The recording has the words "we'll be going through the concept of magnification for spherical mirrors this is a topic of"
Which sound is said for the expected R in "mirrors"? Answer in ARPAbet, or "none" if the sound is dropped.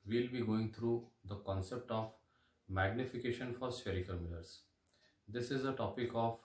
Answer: L